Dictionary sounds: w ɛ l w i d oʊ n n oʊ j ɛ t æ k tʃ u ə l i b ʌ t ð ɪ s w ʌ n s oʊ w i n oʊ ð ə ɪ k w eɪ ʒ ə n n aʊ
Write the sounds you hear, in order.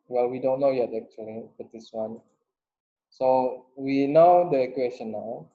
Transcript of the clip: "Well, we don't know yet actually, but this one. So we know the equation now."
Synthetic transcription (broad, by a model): w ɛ l w i d oʊ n n oʊ j ɛ t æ k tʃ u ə l i b ʌ t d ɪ s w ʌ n s oʊ w i n oʊ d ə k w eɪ s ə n n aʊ